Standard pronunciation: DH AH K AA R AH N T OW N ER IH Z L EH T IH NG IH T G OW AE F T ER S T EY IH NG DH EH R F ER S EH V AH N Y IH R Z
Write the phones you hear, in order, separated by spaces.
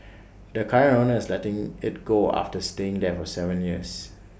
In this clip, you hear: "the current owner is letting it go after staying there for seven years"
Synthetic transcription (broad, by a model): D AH K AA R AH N OW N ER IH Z L EH T IH NG IH T G OW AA F T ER S T EY IH NG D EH F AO S EH V AH N Y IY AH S